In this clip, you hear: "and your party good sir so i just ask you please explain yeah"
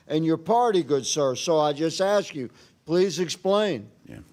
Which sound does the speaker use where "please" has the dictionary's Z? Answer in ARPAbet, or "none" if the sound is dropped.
Z